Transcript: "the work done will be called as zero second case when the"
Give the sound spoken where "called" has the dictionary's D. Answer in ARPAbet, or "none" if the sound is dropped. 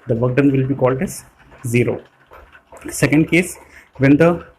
D